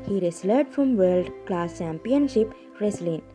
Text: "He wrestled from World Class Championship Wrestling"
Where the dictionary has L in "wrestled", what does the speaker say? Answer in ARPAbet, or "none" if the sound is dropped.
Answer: none